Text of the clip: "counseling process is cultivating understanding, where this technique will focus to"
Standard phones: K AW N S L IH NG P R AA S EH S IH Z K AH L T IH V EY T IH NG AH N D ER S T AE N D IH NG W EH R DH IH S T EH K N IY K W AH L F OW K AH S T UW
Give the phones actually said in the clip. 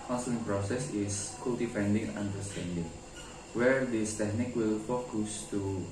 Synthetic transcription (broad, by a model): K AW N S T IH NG P R AA S EH S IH S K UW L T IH F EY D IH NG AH N D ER S T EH N D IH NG W EH R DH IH S T EH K N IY K W AH L F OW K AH S T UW